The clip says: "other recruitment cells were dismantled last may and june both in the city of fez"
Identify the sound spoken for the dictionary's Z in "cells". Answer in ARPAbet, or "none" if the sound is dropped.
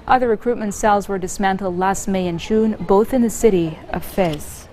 Z